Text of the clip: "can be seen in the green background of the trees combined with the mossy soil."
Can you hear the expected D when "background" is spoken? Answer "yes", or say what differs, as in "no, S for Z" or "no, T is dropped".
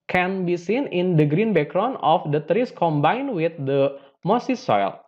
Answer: no, D is dropped